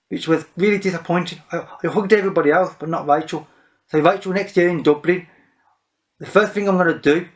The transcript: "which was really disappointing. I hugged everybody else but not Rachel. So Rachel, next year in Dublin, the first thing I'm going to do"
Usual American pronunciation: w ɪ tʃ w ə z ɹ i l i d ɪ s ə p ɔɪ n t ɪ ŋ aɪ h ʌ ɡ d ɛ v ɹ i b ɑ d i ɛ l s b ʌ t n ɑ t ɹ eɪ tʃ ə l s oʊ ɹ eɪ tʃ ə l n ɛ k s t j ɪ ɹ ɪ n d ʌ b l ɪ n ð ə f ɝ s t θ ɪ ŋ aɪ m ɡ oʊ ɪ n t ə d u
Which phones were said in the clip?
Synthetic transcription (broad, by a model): w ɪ tʃ w ə z ɹ i l i d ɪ s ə p ɔɪ n t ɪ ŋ aɪ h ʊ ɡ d ɛ v ɹ i b ɑ d i ɛ l s b ʌ t n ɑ t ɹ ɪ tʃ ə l s oʊ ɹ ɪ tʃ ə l n ɛ k s t j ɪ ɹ ɪ n d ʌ b l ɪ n ð ə f ɝ s t θ ɪ ŋ aɪ m ɡ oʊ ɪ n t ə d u